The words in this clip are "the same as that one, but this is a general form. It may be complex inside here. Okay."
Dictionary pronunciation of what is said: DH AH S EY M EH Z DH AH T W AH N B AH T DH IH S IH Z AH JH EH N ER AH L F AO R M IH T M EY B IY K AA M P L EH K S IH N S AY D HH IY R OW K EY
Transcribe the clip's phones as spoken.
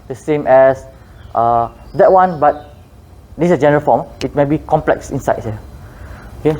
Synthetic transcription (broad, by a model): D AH S EY M EH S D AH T W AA N B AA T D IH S AH JH EH N ER AH L F AO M IH T M EY B IY K AA M P L EH K S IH N S AY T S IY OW K EY